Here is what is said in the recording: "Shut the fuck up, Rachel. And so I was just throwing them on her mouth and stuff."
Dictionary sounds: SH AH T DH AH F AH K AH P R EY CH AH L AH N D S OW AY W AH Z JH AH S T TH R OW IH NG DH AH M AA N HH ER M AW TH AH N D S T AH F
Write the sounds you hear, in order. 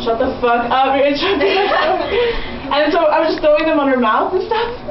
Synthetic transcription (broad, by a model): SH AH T DH AH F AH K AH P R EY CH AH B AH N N S OW AY W AH Z JH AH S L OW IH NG DH AH M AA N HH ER M AW TH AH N S T AH F